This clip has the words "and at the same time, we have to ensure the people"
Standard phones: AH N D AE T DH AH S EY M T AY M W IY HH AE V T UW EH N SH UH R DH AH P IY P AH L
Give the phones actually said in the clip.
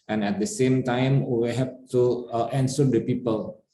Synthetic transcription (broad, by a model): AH N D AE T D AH S EY M T AY M W IY HH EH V T UW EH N S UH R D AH P IY P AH L